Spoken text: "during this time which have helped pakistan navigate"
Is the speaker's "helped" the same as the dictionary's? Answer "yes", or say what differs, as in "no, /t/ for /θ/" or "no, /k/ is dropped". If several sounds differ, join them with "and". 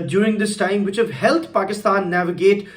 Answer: no, /p/ is dropped